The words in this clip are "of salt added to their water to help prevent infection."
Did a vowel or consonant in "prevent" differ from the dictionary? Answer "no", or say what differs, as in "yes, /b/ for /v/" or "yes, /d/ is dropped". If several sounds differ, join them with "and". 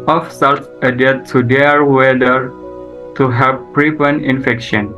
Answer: yes, /p/ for /v/ and /t/ is dropped